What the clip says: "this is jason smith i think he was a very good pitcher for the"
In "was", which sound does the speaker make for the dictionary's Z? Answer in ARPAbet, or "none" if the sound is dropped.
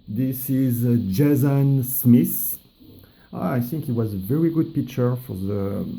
Z